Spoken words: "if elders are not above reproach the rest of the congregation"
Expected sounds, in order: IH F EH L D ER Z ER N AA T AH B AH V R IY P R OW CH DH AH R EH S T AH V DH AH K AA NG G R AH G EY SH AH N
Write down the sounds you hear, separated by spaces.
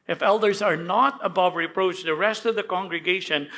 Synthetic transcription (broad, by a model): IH F EH L D ER Z ER N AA T AH B AH V R IY P R OW CH DH AH R EH S T AH V DH AH K AA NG G R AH G EY SH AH N